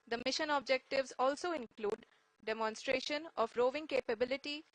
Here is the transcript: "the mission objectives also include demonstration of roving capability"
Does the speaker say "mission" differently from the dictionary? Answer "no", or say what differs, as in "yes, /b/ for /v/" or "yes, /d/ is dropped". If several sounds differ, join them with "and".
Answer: no